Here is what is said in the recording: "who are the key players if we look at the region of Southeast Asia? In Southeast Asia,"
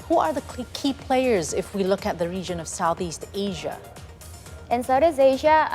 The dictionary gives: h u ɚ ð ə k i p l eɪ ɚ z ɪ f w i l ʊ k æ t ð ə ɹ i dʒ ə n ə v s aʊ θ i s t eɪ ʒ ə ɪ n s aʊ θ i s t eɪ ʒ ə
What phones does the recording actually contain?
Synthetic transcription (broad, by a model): h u ɚ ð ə k i p l eɪ ɚ z ɪ f w i l ʊ k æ t ð ə ɹ i dʒ ə n ə v s aʊ θ i s t eɪ ʒ ə ɪ n s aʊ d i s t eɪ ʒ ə